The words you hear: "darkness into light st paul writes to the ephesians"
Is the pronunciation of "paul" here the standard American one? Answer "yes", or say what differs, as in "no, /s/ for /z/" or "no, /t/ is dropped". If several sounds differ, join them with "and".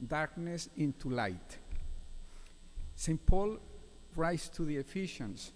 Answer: yes